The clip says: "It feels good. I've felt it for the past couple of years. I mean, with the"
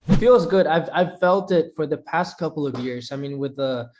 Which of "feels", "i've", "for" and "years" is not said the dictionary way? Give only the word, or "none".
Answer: none